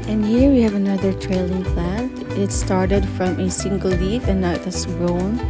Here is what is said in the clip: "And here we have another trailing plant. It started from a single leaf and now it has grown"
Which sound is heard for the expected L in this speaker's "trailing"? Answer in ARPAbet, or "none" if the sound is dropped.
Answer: L